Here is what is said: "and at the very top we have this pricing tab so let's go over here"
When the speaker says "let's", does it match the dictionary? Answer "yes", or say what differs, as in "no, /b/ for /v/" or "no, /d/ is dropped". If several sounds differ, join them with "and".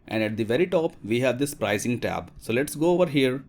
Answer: yes